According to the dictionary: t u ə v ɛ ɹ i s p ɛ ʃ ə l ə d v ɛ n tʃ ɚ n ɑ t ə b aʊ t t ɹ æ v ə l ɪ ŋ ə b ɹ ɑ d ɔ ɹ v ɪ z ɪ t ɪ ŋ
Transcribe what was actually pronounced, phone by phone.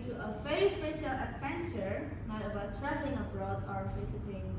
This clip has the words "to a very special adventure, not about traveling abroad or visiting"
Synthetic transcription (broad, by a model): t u ə v ɛ ɹ i s p ɛ ʃ ə l ə d v ɛ n tʃ ɚ n ɑ t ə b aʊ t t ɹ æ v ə l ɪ ŋ ə b ɹ ɑ d ɔ ɹ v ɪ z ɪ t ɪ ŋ